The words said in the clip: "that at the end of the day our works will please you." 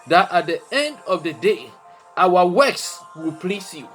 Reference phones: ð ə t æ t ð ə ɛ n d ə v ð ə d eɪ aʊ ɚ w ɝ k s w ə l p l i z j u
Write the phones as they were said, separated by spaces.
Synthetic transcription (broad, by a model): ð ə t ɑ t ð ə ɛ n d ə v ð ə d eɪ aʊ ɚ w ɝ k s w ə l p l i s j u